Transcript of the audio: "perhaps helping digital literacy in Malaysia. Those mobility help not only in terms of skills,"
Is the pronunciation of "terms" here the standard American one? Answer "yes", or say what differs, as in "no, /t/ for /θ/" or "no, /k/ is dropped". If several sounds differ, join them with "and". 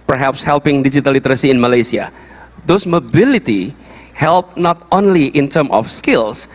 no, /z/ is dropped